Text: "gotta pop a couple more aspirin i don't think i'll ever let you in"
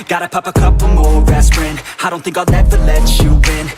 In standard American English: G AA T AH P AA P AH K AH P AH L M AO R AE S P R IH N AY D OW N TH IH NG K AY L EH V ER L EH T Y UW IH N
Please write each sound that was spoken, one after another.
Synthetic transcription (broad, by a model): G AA T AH P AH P AH K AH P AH M AO R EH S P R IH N AY D OW N TH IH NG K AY N EH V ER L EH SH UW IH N